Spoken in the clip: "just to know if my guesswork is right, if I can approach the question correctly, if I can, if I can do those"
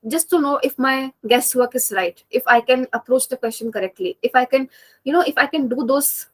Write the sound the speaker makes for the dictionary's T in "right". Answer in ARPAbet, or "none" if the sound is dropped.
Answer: T